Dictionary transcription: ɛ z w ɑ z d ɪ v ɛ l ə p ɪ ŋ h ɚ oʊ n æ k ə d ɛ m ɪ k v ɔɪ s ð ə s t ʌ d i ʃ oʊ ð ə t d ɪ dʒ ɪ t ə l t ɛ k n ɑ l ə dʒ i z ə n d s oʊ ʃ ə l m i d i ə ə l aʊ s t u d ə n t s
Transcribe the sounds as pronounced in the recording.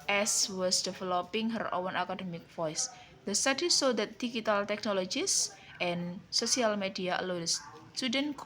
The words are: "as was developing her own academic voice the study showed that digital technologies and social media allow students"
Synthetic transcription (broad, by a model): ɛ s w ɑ s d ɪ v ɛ l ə p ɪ ŋ h ɚ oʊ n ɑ k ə d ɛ m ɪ k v ɔɪ s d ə s t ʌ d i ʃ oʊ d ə t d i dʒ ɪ t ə l t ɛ k n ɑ l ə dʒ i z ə n s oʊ s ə l m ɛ d i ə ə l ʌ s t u d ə n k